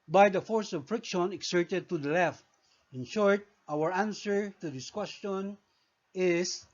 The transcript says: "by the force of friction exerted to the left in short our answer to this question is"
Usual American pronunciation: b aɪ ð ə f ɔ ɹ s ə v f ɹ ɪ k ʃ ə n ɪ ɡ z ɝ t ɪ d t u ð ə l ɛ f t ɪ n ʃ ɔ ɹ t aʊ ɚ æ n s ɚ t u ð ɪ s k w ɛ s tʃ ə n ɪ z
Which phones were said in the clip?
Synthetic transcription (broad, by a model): b aɪ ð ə f ɔ ɹ s ə v f ɹ ɪ k ʃ ə n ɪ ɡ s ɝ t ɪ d t u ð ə l ɛ f t ɪ n ʃ ɔ ɹ t aʊ ɚ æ n s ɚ t u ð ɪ s k w ɛ s tʃ ə n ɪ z